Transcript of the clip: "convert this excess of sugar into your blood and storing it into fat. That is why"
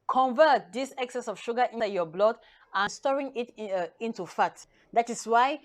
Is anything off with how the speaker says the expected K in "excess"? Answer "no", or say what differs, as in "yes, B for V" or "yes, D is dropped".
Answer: no